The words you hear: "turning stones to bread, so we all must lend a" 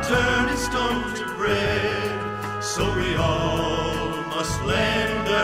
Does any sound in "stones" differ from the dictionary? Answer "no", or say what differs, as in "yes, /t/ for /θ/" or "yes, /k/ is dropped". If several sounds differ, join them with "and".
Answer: yes, /z/ is dropped